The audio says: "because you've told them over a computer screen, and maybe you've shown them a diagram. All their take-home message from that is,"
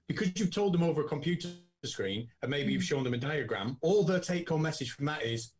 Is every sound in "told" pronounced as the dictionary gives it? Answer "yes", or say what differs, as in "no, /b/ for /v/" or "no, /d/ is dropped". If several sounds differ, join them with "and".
yes